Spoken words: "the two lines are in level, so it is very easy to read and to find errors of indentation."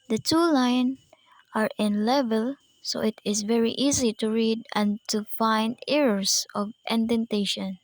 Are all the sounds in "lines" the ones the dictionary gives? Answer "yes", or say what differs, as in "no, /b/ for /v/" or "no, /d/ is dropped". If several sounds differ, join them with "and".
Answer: no, /z/ is dropped